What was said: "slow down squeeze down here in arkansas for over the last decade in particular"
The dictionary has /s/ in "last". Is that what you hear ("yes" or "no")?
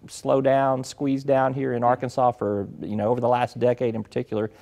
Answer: yes